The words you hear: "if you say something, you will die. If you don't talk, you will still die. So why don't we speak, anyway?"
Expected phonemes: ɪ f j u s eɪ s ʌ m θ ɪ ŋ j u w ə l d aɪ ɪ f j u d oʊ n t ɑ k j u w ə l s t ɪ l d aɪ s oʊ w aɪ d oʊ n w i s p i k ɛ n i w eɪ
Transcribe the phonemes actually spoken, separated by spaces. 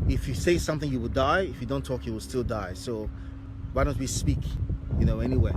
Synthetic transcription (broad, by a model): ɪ f j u s eɪ s ʌ m θ ɪ ŋ j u w ə l d aɪ ɪ f j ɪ d oʊ n t ɑ k j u w ə l s t ɪ l d aɪ s oʊ w aɪ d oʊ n w i s p i k ɛ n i w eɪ